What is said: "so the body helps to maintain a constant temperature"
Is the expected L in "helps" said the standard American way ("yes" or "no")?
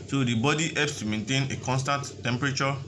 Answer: no